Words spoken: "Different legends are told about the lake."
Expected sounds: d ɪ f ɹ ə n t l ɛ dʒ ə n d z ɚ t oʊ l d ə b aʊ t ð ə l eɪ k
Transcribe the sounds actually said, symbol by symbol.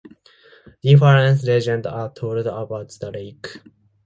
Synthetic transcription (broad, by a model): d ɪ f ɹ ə n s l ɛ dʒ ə n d ɚ t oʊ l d ə b aʊ t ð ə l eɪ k